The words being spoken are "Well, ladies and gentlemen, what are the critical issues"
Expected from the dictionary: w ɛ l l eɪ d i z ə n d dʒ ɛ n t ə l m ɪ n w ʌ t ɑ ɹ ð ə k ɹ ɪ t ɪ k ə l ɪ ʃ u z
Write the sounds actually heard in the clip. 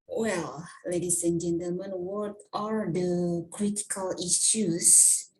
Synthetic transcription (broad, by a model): w ɛ l l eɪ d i s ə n dʒ ɛ n t ə l m ɪ n w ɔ t ɑ ɹ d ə k ɹ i t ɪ k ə l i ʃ u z